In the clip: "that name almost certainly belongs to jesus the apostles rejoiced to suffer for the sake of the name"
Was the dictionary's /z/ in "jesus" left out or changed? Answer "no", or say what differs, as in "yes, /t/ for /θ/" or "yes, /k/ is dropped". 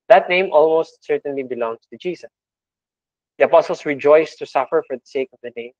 yes, /s/ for /z/